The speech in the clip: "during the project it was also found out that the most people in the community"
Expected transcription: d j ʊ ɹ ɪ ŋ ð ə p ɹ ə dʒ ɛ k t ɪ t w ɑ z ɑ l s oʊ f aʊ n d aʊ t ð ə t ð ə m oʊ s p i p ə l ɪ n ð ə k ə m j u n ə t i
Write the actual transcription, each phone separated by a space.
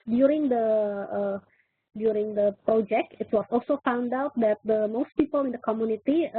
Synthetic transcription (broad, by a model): d j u ɹ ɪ ŋ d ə p ɹ ə dʒ ɛ k t ɪ t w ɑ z ɑ l s oʊ f aʊ n d aʊ t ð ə t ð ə m oʊ s p i p ə l ɪ n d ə k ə m j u n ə t i